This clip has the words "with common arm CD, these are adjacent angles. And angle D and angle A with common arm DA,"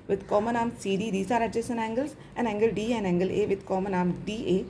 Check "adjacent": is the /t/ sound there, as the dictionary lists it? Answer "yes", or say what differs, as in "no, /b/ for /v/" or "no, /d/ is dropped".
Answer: no, /t/ is dropped